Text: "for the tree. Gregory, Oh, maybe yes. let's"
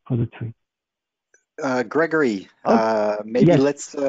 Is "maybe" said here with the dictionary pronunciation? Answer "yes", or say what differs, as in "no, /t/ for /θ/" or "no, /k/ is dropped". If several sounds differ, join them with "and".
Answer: no, /b/ is dropped